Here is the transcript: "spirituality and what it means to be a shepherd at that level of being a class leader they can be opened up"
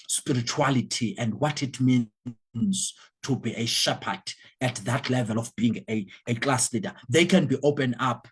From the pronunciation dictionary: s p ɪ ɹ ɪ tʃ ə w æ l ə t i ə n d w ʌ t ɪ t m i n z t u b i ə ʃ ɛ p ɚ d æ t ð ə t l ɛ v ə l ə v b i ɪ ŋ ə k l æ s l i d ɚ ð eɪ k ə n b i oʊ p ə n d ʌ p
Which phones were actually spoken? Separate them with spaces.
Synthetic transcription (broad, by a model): s p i ɹ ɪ tʃ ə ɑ l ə t i ə n d w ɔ t ɪ t m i n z t u b i ə ʃ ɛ p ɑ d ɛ t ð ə t l ɛ v ə l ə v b i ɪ ŋ ə k l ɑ s l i d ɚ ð eɪ k ə n b i oʊ p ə n ɑ p